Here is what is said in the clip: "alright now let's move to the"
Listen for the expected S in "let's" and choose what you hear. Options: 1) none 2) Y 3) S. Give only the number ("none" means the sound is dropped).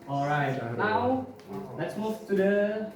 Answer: 3